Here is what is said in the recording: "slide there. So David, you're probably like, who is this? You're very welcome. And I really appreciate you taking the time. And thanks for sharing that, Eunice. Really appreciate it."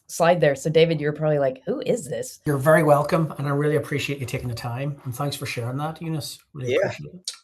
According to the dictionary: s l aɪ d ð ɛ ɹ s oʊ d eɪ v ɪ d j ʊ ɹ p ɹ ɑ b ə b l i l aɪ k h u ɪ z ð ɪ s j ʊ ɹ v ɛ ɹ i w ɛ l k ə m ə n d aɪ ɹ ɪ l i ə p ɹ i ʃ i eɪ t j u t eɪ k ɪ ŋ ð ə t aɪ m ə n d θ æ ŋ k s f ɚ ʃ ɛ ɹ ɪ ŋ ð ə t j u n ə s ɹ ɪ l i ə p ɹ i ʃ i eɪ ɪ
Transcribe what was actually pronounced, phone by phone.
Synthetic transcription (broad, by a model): s aɪ d ð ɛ ɹ s oʊ d eɪ v ɪ d j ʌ ɹ p ɹ ɑ b ə b l i l aɪ k h u ɪ z ð ɪ s j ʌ ɹ v ɛ ɹ i w ɛ l k ə m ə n aɪ ɹ ɪ l i ə p ɹ i ʃ i eɪ t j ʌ t eɪ k ɪ ŋ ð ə t aɪ m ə n θ æ ŋ k s f ɚ ʃ ɛ ɹ ɪ ŋ ð ə t j u n ə s ɹ ɪ l i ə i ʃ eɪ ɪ